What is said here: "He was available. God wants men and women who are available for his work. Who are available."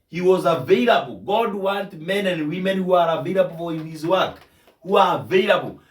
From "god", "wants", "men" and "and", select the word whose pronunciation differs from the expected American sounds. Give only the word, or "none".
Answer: wants